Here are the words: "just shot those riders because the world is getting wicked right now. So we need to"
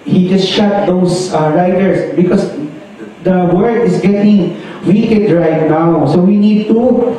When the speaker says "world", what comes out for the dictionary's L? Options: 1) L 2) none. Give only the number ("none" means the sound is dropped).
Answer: 2